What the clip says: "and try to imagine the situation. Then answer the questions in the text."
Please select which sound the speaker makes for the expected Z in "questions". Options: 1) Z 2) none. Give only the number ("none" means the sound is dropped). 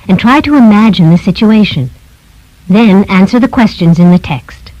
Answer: 1